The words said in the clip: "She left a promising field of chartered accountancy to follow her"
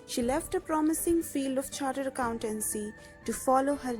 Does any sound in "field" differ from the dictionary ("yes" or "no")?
no